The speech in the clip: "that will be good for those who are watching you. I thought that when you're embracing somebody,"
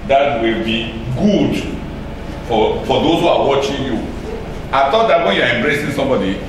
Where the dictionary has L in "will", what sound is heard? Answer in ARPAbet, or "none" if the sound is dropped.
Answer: L